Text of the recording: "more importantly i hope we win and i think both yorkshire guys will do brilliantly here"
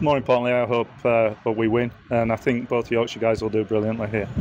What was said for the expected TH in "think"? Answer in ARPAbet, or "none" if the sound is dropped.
TH